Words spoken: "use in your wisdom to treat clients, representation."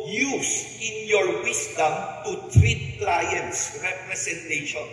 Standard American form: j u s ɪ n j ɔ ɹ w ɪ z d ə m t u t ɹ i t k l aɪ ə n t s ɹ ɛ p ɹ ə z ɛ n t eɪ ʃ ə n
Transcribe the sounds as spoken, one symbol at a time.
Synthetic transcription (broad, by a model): j u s ɪ n j ɔ ɹ w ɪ s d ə m t u t ɹ i t k l aɪ ə n t s ɹ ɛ p ɹ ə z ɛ n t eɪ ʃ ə n